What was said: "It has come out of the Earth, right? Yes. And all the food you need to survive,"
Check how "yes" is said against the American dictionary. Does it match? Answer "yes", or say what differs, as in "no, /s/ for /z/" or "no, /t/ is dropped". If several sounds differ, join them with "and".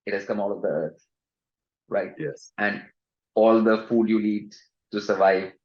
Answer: yes